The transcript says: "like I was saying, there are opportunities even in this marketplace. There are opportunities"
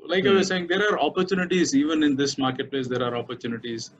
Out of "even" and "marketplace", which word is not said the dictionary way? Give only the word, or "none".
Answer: none